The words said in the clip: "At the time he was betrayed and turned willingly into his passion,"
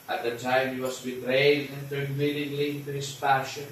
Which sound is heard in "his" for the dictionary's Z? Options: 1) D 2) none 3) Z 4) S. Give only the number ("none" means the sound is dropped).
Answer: 4